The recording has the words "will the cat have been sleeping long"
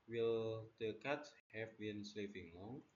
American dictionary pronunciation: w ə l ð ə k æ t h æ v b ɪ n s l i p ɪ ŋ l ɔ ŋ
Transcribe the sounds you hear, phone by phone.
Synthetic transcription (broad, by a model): w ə l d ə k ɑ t h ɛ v b ɪ n s l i f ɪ ŋ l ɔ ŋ